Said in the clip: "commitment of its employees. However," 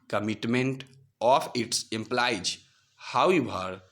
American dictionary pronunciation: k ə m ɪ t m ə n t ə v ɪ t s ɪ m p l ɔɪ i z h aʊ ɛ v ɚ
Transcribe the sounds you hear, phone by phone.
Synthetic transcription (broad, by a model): k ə m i t m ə n t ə p ɪ t s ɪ m p l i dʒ h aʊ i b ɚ